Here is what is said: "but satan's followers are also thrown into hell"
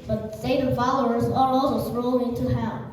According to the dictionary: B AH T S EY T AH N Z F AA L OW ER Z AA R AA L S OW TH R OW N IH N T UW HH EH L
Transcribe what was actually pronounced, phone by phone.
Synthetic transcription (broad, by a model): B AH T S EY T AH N F AA L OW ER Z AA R AA L S OW S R OW L IH N T UW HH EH